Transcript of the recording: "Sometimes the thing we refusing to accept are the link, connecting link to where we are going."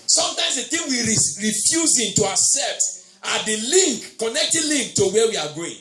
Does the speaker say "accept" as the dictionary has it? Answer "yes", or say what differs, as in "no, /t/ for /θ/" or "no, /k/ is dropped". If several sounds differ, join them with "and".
no, /k/ is dropped